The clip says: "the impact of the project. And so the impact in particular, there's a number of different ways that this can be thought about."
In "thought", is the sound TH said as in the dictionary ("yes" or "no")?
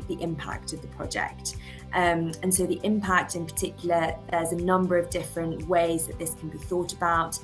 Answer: yes